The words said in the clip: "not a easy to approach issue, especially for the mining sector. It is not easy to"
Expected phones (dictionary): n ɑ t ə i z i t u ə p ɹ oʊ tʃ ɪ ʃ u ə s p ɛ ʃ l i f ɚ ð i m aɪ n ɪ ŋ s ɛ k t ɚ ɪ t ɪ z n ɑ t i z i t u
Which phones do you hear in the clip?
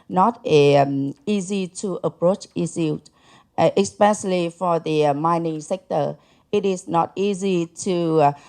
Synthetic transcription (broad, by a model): n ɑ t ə i z i t u ə p ɹ oʊ tʃ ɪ s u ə s p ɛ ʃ l i f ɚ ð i m aɪ n ɪ ŋ s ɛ k t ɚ ɪ t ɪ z n ɑ t i z i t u